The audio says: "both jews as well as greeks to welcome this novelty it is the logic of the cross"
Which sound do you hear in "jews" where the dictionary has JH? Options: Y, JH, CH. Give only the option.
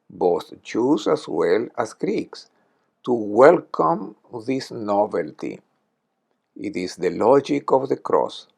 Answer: CH